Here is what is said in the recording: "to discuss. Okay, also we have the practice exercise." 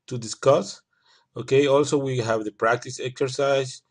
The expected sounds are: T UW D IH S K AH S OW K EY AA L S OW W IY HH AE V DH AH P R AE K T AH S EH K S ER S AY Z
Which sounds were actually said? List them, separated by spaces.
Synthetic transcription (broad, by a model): T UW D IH S K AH S OW K EY AA L S OW W IY HH AE V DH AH P R AE K T AH S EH K S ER S AY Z